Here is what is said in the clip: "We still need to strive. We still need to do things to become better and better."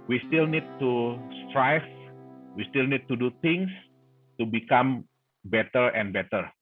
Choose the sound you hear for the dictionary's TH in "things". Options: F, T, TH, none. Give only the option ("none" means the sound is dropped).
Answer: T